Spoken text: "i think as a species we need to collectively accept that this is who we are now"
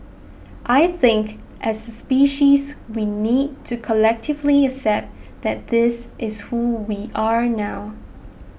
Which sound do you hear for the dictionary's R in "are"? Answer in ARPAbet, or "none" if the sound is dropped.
R